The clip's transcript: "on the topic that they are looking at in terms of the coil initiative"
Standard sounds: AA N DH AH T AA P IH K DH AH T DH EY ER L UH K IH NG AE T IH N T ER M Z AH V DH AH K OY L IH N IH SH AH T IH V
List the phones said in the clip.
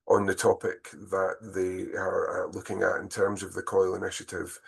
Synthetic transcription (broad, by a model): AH N DH AH T AA P IH K DH AH T DH EY ER L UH K IH NG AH T IH N T ER M Z AH V DH AH K OY L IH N IH SH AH T IH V